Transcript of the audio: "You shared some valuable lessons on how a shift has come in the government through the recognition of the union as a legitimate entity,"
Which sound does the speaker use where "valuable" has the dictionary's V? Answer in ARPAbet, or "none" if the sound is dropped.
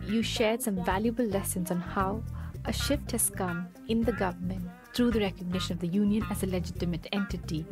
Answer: V